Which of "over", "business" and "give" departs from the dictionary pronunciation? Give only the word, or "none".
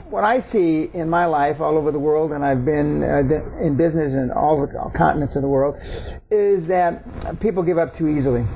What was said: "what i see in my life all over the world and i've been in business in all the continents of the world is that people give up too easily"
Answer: none